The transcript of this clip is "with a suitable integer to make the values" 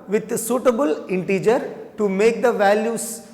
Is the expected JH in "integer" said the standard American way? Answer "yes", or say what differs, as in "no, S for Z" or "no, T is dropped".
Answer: yes